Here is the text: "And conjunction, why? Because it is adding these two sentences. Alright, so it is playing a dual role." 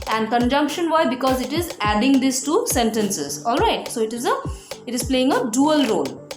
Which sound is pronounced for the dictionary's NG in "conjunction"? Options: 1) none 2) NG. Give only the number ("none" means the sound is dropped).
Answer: 2